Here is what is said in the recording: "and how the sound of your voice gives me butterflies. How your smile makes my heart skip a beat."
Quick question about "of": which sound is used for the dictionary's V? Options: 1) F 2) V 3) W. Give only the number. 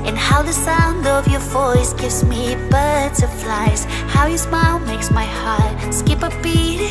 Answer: 2